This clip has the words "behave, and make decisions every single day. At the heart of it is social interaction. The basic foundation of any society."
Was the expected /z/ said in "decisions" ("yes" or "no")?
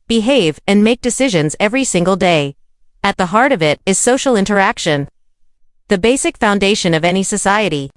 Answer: yes